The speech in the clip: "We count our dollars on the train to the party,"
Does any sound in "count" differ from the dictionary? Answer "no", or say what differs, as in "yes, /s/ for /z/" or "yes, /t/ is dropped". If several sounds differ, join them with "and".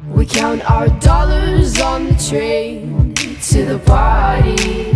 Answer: no